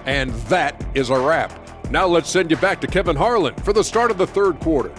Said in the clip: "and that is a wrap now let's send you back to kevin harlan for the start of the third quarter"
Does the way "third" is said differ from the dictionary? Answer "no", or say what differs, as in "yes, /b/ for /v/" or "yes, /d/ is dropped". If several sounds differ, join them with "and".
no